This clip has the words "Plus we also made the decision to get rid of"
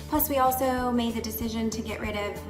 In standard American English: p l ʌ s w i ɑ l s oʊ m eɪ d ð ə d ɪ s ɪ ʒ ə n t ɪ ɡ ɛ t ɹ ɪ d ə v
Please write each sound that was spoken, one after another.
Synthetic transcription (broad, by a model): p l ʌ s w i ɑ l s oʊ m eɪ d ð ə d ɪ s ɪ ʒ ə n t ɪ ɡ ɛ t ɹ ɪ d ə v